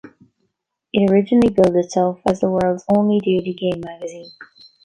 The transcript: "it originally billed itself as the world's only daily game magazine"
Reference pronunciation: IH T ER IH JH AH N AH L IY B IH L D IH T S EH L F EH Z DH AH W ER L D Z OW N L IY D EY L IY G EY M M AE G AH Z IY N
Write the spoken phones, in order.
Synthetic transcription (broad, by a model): IH T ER IH JH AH N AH L IY B IH L D IH T S EH L F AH Z DH AH W ER L D Z OW N L IY D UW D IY G EY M M AE G AH Z IY N